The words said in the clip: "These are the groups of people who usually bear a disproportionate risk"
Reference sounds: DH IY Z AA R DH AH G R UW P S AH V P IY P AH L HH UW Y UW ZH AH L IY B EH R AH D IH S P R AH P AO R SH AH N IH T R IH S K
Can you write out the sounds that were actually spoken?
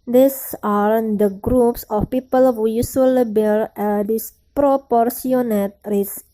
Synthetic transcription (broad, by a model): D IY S AA R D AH G R UW P S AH F P IY P AH L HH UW Y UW S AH L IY B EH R AH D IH S P R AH P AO R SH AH N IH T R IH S